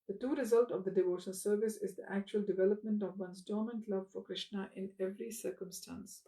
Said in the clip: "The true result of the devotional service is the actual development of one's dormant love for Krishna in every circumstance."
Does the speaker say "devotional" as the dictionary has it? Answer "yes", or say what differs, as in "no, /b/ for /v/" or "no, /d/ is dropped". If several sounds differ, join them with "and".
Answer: no, /n/ is dropped and /n/ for /l/